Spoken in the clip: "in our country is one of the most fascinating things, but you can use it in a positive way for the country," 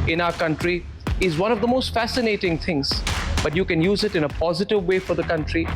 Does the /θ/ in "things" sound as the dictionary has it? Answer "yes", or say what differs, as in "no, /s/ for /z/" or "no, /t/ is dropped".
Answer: no, /t/ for /θ/